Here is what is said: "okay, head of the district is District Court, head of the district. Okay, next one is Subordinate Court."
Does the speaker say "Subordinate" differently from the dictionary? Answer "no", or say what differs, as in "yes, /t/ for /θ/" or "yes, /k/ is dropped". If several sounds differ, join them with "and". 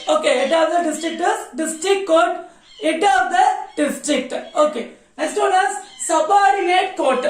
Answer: yes, /n/ is dropped